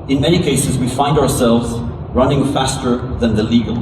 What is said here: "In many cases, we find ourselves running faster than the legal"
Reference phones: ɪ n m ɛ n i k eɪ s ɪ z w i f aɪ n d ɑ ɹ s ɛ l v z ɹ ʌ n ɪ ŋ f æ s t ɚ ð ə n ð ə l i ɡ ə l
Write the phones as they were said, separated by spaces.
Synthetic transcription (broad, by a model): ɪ n m ɛ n i k eɪ s ɪ z w i f aɪ n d ɑ ɹ s ɛ l v z ɹ ʌ n ɪ ŋ f æ s t ɚ ð ə n ð ə l i ɡ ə l